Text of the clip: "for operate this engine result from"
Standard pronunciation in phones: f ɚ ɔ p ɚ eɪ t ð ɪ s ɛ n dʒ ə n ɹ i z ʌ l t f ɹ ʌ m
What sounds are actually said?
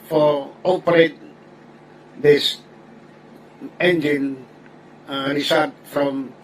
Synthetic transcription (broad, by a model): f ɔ ɔ p ɚ eɪ t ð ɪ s ɛ n dʒ ə n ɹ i s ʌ t f ɹ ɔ m